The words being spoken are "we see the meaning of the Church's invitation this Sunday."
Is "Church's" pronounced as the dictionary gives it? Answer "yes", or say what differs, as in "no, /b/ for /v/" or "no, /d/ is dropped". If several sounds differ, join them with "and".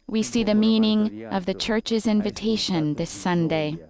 yes